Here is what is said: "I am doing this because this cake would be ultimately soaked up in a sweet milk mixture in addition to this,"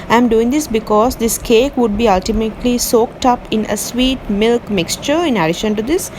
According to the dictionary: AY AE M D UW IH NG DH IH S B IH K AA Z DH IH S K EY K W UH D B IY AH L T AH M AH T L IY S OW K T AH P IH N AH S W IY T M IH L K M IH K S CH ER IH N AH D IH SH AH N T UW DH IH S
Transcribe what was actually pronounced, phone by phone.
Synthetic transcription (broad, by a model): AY M D UW IH NG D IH S B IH K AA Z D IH S K EY K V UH D B IY AH L T AH M AH T L IY S OW K T AH P IH N AH S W IY T M IH L K M IH K S CH ER IH N AH D IH SH AH N T UW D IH S